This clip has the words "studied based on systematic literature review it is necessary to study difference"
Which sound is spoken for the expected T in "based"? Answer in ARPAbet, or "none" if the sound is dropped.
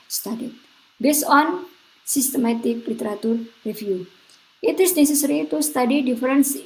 none